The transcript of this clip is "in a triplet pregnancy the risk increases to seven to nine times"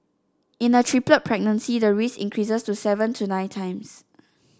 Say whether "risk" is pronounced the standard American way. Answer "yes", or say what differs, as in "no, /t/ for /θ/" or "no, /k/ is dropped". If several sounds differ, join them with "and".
no, /k/ is dropped